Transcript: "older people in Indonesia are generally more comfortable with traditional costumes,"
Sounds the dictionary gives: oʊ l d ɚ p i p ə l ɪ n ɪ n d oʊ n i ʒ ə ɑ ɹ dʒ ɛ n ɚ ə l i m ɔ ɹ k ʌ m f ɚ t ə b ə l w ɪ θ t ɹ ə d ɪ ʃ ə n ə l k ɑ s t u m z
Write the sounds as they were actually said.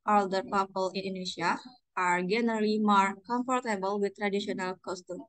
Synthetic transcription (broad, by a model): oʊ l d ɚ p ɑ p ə l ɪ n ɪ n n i ʃ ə ɑ ɹ dʒ ɛ n ɚ ə l i m ɔ ɹ k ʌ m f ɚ t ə b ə l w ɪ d t ɹ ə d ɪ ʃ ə n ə l k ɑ s t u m